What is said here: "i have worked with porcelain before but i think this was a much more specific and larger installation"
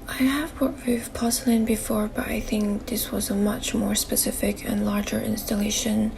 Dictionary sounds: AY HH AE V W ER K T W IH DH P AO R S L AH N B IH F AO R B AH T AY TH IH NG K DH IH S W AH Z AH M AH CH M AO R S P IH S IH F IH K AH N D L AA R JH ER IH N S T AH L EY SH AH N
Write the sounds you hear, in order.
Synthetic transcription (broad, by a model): AY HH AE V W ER T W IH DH P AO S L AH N B IH F AO R B AH T AY TH IH NG K DH IH S W AH Z AH M AH CH M AO R S P IH S IH F IH K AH N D L AA R JH ER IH N S T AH L EY SH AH N